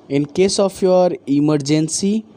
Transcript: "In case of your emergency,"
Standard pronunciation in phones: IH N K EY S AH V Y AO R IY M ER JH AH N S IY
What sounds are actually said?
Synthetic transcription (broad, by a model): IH N K EY S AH P Y AO R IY M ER JH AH N S IY